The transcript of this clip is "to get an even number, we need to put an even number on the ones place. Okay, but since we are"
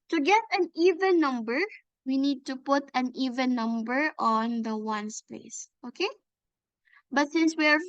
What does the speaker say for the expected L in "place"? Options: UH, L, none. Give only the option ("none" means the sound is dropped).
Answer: none